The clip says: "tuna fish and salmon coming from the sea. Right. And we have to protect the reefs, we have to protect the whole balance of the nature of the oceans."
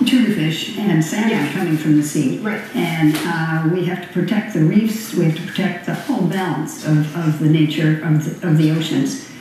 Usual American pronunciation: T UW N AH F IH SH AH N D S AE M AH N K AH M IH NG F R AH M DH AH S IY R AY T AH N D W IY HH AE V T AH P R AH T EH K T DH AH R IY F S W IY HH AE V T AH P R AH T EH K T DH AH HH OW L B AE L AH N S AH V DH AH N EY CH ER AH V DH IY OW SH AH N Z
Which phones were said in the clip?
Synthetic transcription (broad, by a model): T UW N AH F IH SH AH N S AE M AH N K AH M IH NG F R AH M DH AH S IY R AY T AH N W IY HH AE F T AH P R AH T EH K T DH AH R IY F S W IY HH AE F T AH P R AH T EH K T DH AH HH OW L B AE L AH N S AH V DH AH N EY CH ER AH V DH IY OW SH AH N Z